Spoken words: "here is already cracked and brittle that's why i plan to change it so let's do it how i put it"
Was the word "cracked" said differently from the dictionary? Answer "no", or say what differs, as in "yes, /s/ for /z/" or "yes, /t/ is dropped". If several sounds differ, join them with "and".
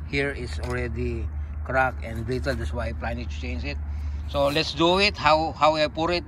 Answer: yes, /t/ is dropped